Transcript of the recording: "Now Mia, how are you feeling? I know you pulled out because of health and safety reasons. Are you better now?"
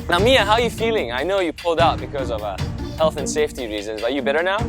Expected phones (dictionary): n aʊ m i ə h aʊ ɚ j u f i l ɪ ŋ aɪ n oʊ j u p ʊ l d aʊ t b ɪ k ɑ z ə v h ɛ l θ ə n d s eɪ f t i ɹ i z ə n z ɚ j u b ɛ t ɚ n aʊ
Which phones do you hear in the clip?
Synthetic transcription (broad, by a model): n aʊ m i ə h aʊ ɚ j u f i l ɪ ŋ aɪ n oʊ j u p ʊ l d aʊ t b ɪ k ɑ z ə v h ɛ l θ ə n s eɪ f t i ɹ i z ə n z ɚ j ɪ b ɛ t ɚ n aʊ